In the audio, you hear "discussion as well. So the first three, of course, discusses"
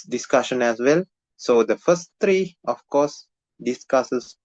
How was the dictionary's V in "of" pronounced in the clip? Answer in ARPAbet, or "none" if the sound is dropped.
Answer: F